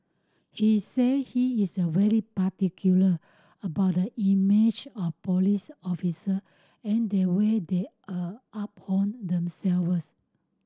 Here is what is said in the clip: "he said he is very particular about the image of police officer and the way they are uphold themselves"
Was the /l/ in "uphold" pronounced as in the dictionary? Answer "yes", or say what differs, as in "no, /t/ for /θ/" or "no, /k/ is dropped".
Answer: no, /n/ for /l/